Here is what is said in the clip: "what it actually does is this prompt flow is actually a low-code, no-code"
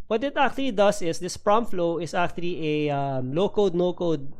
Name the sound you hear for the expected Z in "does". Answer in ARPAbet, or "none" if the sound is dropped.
S